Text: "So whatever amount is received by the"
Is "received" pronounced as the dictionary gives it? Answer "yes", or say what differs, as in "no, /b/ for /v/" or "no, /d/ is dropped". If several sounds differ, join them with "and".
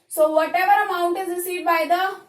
no, /v/ is dropped